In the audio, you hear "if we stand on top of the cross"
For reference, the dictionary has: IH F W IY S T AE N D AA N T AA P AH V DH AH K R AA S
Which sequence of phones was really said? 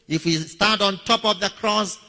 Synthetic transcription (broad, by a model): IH F W IY S T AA D AA N T AA P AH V DH AH K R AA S